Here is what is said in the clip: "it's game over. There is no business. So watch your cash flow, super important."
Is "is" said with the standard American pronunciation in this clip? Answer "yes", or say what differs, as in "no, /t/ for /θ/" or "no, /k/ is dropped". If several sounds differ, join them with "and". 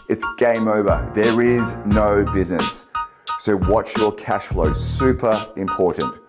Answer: yes